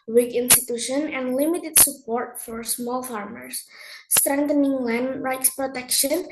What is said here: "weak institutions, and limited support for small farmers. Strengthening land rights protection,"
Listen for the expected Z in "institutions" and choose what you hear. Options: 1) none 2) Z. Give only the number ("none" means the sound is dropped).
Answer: 1